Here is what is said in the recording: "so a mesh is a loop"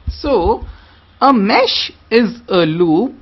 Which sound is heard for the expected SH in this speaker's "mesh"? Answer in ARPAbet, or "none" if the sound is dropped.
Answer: SH